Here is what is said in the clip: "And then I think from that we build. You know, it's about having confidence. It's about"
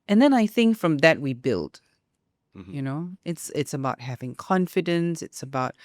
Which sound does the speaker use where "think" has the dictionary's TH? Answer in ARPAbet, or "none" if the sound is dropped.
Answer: TH